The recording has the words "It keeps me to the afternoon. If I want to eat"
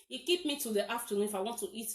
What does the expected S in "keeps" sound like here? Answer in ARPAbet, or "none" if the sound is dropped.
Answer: none